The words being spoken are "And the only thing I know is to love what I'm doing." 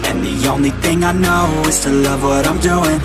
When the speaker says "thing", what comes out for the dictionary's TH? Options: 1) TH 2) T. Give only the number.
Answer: 1